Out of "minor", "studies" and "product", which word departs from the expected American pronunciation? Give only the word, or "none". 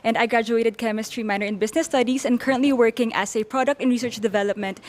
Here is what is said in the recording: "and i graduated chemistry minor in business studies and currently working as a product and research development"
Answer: studies